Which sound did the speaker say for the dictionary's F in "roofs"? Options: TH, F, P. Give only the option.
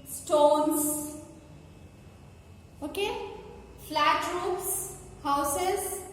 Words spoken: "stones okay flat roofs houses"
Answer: P